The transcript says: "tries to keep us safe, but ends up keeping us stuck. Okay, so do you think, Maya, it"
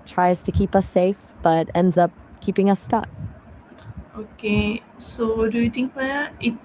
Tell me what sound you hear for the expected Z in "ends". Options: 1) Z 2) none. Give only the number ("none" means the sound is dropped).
1